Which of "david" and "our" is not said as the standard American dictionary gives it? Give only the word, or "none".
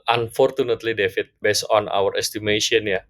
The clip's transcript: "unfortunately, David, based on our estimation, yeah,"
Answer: david